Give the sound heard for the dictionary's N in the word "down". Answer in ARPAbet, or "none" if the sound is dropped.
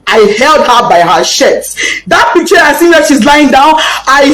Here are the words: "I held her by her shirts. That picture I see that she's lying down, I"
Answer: N